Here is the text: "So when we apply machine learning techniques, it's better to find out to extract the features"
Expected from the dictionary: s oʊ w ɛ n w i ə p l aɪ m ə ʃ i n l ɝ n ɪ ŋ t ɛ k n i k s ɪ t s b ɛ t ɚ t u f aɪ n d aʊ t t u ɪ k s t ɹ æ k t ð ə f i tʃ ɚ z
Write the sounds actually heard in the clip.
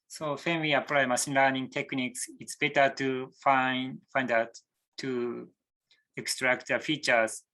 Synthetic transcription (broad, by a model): s oʊ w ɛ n w i ə p l aɪ m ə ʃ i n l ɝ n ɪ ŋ t ɛ k n i k s ɪ t s b ɛ t ɚ t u f aɪ n d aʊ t t u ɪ k s t ɹ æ k t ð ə f i tʃ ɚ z